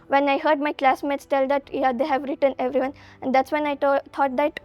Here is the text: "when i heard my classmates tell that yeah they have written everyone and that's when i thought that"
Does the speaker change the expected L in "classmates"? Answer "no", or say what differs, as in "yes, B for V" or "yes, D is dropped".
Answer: no